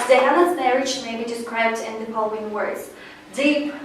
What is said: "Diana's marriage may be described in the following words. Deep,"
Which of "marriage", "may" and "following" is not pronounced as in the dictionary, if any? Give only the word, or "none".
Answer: following